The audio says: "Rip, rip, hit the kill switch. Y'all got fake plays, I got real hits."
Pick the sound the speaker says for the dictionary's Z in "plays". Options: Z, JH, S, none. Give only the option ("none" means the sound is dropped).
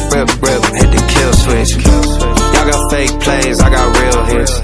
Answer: Z